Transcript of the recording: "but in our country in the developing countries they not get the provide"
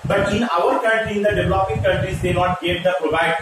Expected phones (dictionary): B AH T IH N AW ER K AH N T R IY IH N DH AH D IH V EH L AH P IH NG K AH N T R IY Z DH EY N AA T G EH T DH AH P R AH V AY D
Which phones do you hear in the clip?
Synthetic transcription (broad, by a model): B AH T IH N AW ER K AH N T L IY IH N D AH D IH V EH L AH P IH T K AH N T R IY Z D EY N AA T G EH T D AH P R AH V AY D